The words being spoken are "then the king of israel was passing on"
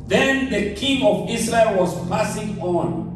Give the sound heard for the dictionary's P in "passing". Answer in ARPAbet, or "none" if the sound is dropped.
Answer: P